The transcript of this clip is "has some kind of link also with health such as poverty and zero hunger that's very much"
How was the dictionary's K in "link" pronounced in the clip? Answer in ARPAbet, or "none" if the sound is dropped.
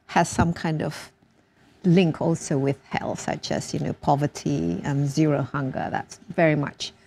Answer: K